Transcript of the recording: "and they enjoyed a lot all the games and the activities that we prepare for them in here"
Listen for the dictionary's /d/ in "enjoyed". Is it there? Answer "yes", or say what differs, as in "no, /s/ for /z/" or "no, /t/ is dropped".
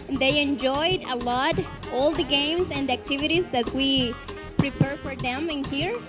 yes